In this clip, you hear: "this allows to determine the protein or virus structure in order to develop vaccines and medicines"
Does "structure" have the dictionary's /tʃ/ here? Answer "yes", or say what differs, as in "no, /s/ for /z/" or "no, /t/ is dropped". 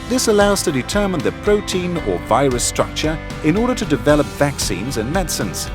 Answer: yes